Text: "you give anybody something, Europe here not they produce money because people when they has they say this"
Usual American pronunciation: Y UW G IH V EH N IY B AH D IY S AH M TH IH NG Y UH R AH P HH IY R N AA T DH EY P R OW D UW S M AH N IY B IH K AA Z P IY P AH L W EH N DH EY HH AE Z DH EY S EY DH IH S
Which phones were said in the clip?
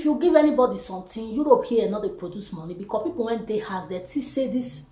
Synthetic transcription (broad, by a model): Y UW G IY V EH N IY B AH D IY S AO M T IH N Y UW R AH P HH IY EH N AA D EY P R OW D UW S M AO N IY B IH K AA S P IY P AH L W EH N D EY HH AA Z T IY S EY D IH S